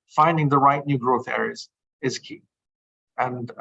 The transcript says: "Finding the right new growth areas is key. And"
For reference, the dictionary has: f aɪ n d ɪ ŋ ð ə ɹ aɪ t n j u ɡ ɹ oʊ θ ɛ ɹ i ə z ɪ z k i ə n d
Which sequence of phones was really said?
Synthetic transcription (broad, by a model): f aɪ n d ɪ ŋ ð ə ɹ aɪ t n j u ɡ ɹ oʊ θ ɛ ɹ i ə z ɪ z k i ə n